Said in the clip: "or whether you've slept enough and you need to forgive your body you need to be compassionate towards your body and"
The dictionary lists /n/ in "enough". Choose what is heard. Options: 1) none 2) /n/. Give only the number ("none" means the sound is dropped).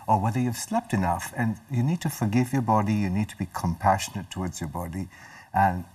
2